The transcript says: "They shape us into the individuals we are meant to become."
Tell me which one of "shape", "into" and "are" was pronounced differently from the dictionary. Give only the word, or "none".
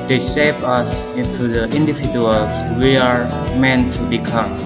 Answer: shape